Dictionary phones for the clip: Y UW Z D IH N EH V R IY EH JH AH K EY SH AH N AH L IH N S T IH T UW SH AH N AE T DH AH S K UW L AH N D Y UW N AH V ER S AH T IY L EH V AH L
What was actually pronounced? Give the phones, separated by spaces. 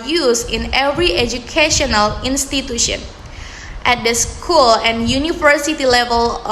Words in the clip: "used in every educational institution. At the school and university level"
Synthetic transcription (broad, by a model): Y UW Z IH N EH V R IY EH JH AH K EY SH AH N AH L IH N S T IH T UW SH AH N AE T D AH S K UW L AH N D Y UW N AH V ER S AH T IY L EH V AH L